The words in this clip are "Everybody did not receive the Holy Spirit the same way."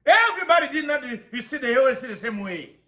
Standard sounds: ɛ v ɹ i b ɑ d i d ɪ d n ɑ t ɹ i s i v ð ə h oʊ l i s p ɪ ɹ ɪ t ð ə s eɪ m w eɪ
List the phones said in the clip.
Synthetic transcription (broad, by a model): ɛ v ɹ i b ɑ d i d ɪ d n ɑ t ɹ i s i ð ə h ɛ w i s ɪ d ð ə s eɪ m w eɪ